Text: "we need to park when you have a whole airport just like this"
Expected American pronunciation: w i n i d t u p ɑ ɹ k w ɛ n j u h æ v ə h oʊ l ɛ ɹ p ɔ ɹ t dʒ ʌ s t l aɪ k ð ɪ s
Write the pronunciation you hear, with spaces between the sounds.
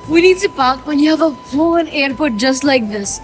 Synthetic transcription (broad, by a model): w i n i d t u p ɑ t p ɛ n j u h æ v ə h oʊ n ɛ ɹ p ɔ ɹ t dʒ ʌ s t l aɪ k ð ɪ s